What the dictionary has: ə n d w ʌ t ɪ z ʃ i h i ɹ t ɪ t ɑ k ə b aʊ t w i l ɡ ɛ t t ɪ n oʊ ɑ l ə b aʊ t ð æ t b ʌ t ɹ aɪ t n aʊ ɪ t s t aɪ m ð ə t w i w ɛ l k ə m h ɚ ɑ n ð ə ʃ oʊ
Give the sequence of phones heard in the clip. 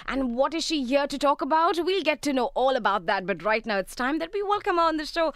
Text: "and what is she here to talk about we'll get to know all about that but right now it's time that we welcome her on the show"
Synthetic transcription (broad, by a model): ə n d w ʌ t ɪ z ʃ i h i ɹ t ɪ t ɑ k ə b aʊ t w i l ɡ ɛ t t ɪ n oʊ ɑ l ə b aʊ t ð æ t b ʌ t ɹ aɪ t n aʊ ɪ t s t aɪ m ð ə t w i w ɛ l k ə m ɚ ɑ n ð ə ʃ oʊ